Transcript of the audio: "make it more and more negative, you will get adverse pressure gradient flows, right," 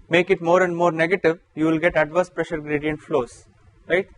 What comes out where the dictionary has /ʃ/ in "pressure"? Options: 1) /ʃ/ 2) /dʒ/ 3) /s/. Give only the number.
1